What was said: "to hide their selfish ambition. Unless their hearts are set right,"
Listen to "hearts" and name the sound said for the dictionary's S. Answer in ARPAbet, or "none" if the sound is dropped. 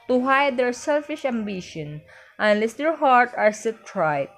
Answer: none